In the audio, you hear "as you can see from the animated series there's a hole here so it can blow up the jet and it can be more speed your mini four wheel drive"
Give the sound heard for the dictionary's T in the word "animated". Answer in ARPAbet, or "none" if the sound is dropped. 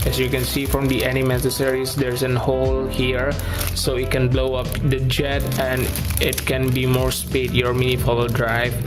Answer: S